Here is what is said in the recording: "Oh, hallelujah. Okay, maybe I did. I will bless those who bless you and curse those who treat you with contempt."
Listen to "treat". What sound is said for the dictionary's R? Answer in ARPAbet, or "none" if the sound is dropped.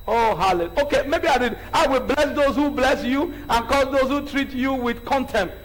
R